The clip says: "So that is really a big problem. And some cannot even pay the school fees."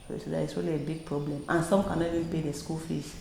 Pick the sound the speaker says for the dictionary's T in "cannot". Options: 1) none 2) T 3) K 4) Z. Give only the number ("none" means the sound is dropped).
1